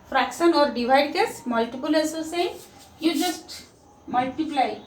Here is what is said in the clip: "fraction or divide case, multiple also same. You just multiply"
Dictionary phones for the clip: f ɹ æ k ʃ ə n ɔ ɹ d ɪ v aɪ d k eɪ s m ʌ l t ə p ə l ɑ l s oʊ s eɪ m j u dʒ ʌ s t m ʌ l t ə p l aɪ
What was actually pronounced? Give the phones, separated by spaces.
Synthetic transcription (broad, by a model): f ɹ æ k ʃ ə n ɔ ɹ d ɪ v aɪ d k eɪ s m ʌ l t ə p ə l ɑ s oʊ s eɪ j u dʒ ʌ s t m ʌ l t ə p l aɪ